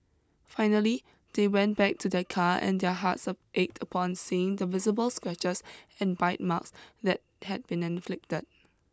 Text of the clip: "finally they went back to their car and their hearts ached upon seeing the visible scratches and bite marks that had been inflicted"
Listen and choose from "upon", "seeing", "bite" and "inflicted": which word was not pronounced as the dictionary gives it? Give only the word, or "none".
none